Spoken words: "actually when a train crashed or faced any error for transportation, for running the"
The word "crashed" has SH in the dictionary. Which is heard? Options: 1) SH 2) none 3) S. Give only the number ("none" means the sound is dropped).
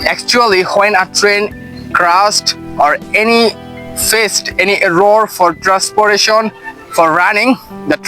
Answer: 3